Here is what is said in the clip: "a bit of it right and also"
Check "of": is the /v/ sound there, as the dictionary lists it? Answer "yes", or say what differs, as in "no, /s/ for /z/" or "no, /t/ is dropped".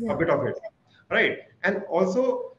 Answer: no, /b/ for /v/